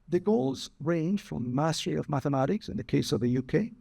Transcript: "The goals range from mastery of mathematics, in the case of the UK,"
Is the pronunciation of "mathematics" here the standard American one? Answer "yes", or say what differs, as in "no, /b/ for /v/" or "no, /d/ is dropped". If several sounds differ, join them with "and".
yes